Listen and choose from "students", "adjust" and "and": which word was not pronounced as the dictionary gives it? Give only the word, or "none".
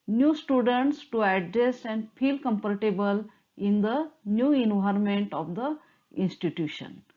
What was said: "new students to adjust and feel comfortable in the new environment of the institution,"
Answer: adjust